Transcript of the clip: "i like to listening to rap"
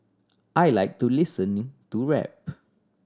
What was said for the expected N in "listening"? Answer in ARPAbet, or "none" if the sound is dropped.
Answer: none